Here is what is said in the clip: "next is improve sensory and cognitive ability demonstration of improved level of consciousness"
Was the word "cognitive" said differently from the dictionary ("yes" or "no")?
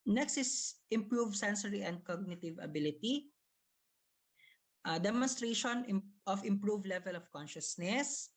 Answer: no